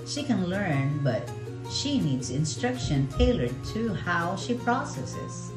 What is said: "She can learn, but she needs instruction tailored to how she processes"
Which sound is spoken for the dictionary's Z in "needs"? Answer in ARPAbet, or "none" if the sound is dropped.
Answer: Z